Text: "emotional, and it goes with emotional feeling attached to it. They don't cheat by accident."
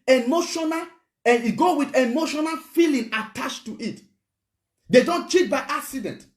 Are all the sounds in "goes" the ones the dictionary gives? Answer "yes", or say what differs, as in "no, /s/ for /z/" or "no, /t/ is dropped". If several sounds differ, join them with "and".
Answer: no, /z/ is dropped